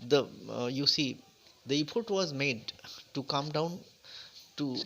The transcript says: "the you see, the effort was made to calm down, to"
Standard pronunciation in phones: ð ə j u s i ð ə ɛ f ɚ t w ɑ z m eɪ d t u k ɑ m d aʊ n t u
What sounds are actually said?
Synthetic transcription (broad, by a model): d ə j u s i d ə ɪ p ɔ t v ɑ z m eɪ d t u k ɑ m d aʊ n t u